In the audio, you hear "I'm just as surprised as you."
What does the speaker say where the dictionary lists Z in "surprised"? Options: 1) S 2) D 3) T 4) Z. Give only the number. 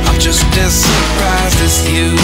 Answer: 4